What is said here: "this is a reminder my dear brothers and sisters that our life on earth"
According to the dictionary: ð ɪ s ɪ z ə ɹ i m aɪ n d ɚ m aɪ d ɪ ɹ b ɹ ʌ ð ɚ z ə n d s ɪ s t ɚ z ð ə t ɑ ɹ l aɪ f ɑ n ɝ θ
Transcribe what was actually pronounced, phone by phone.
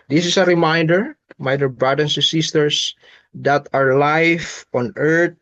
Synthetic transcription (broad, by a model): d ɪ s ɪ s ə ɹ i m aɪ n d ɚ m aɪ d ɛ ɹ b ɹ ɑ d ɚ s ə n s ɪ s t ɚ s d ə t ɑ ɹ l aɪ f ɑ n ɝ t